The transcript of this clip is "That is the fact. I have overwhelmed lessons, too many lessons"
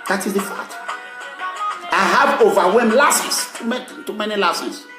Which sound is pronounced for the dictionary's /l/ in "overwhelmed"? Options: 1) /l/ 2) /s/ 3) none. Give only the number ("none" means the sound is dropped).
3